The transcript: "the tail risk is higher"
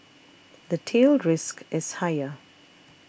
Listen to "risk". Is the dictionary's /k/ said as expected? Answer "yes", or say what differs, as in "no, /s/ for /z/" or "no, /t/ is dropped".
yes